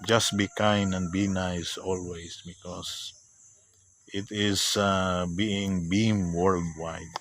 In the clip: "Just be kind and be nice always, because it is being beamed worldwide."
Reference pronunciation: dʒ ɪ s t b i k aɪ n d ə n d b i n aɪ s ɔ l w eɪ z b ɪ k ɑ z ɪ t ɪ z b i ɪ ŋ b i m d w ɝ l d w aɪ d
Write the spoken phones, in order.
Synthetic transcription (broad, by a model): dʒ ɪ s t b i k aɪ n ə n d b i n aɪ s ɔ l w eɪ s b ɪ k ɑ s ɪ t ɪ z b i ɪ ŋ b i m w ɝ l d w aɪ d